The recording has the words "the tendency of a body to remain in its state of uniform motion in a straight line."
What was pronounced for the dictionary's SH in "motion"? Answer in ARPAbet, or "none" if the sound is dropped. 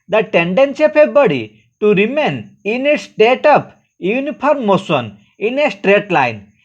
S